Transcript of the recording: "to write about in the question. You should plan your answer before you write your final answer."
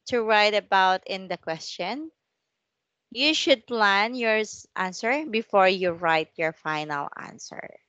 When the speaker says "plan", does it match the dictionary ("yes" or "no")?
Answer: yes